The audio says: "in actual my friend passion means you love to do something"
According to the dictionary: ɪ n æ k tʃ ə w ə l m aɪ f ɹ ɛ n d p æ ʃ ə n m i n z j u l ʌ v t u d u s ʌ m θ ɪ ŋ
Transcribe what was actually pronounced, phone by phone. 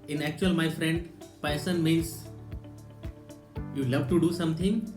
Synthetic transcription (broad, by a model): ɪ n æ k tʃ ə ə l m aɪ f ɹ ɛ n d p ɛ s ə n m i n s j u l ʌ v t u d u s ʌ m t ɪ ŋ